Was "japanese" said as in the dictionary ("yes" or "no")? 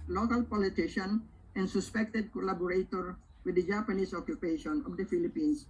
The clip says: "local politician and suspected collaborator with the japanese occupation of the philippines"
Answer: no